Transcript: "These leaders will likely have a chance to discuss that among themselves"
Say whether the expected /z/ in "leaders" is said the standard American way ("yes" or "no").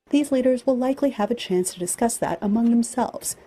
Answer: yes